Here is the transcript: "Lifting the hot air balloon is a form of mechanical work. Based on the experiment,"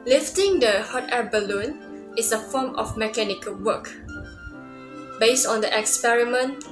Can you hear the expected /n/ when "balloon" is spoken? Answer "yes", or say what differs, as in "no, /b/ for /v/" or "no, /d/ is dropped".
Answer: yes